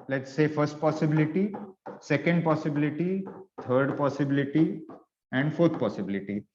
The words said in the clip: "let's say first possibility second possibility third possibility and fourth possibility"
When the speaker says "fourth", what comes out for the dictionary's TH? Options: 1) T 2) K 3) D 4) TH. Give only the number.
1